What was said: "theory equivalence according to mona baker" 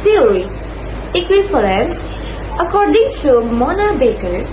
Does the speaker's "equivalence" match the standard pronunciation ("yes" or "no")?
no